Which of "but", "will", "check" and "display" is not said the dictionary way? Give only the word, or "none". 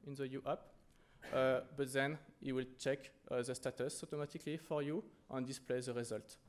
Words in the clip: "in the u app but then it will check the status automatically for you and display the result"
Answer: none